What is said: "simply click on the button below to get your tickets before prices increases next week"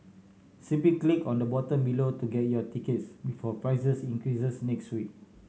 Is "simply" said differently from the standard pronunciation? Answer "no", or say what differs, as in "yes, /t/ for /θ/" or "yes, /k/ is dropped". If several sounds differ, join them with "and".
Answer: yes, /m/ is dropped and /l/ is dropped